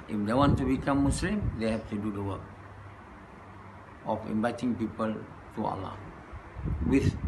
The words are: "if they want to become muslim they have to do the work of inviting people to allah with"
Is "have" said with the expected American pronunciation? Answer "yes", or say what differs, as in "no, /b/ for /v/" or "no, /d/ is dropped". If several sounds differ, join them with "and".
no, /f/ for /v/